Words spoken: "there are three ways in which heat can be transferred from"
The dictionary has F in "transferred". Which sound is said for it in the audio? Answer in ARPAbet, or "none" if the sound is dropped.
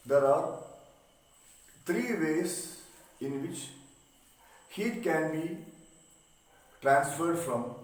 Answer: F